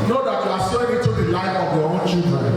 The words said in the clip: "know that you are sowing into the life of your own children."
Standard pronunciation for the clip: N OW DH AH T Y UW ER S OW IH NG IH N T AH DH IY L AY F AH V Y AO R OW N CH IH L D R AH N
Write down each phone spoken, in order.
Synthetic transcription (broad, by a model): N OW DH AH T Y UW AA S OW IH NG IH T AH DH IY L AY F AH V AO W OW CH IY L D R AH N